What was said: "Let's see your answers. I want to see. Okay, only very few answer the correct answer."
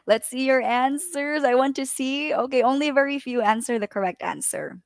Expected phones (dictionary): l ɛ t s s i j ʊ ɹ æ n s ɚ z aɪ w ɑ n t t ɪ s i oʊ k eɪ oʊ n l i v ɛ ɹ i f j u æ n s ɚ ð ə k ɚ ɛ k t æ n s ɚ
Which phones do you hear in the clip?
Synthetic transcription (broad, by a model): l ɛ t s s i j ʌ ɹ æ n s ɚ z aɪ w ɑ n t t ɪ s i oʊ k eɪ oʊ n l i v ɛ ɹ i f j u æ n s ɚ ð ə k ɚ ɛ k t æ n s ɚ